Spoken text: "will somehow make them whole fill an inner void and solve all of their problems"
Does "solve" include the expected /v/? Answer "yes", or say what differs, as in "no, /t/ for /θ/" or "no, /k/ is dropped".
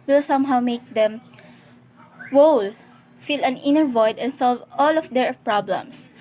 yes